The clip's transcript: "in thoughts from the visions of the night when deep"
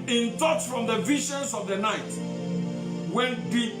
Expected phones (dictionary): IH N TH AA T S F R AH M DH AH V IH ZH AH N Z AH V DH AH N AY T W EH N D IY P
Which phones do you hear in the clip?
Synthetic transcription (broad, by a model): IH N T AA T F R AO M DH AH V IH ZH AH N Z AH V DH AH N AY T W EH N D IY